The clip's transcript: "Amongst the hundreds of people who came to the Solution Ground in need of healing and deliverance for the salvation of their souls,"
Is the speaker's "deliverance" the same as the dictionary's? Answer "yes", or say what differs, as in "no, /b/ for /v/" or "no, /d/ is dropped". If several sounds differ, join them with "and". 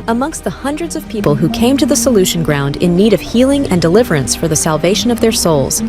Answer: yes